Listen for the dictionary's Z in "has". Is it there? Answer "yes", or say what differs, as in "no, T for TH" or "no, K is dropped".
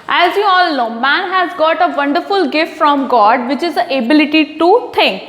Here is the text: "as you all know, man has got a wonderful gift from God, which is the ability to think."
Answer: yes